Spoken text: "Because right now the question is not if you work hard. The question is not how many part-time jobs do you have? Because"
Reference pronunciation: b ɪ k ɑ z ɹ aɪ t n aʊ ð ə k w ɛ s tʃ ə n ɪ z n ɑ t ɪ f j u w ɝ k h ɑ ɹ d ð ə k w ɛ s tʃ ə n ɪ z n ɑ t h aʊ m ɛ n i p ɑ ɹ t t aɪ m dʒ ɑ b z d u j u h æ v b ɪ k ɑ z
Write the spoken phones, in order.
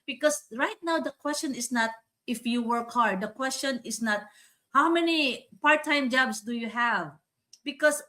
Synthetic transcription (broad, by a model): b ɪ k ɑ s ɹ aɪ t n aʊ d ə k w ɛ s tʃ ə n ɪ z n ɑ t ɪ f j u w ɝ k h ɑ ɹ d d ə k w ɛ s tʃ ə n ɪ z n ɑ t h aʊ m ɛ n i p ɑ ɹ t t aɪ m dʒ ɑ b s d u j u h æ v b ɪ k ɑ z